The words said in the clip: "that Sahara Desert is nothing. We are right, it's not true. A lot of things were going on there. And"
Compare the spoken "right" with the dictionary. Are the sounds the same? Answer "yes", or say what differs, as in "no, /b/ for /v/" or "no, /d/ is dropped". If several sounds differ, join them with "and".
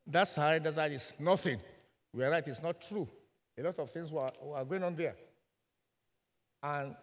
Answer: yes